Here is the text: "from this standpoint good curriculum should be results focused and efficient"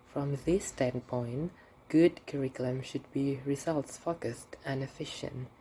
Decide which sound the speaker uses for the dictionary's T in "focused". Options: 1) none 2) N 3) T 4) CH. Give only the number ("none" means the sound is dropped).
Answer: 3